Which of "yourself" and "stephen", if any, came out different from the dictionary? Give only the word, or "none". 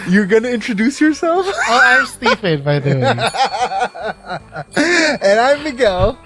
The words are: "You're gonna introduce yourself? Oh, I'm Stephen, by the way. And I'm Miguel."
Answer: stephen